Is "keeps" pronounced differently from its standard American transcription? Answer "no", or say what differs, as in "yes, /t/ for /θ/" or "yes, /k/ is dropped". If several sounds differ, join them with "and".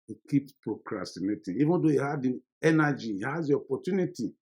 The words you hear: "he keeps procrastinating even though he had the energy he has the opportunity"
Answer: yes, /s/ is dropped